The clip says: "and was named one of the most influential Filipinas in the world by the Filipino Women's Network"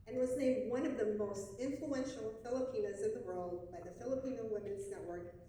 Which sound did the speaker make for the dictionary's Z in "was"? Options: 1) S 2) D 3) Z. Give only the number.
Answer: 3